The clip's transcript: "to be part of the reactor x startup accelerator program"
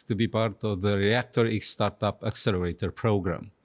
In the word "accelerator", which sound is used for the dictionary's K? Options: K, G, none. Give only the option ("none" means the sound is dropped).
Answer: K